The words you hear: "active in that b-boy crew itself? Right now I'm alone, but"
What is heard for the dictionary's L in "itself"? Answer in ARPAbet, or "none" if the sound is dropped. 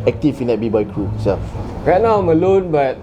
none